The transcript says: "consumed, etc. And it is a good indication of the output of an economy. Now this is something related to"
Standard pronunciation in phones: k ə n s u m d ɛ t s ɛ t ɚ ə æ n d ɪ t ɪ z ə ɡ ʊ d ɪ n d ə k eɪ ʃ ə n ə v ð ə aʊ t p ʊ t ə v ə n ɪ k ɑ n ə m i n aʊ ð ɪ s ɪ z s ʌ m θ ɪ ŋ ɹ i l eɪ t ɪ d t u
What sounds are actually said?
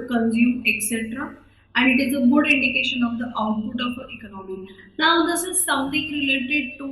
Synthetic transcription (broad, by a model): k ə n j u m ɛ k s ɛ t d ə æ n d ɪ t ɪ z ə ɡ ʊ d ɪ n d ə k eɪ ʃ ə n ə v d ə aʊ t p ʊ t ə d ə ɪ k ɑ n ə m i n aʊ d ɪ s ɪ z s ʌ m t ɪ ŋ ɹ i l eɪ t ɪ d t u